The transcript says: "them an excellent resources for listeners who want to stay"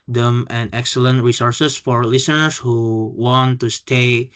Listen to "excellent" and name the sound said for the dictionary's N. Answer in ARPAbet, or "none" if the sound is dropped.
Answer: N